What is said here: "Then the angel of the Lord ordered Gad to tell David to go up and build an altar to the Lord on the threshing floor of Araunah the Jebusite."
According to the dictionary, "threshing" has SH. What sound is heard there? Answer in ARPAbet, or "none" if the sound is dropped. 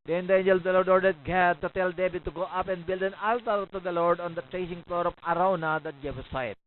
S